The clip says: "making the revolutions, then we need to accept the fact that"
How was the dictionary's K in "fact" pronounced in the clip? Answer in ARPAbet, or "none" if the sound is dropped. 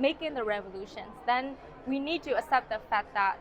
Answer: none